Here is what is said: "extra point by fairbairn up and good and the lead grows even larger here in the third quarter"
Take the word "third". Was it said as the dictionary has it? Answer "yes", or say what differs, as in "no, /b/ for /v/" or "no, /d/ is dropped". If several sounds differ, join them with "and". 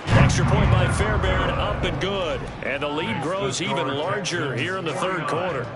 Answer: yes